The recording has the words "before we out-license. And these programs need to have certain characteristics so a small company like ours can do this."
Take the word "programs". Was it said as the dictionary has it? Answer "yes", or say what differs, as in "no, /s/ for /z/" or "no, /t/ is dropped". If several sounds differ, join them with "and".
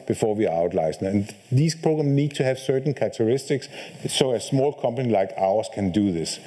no, /z/ is dropped